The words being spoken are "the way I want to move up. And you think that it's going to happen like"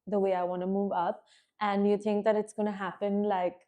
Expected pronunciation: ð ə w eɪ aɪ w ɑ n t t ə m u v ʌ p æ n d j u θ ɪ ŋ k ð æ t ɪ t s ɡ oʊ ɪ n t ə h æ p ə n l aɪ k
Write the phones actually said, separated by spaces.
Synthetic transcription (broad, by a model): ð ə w eɪ aɪ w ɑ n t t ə m u v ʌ p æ n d j u t ɪ ŋ k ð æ t ɪ t s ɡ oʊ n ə h æ p ə n l aɪ k